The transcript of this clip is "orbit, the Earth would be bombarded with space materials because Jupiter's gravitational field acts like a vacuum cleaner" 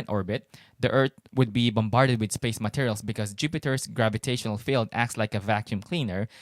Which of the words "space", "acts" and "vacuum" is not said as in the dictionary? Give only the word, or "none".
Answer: none